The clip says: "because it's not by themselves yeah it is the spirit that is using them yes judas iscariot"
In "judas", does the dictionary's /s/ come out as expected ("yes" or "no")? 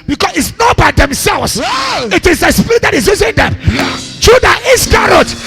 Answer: no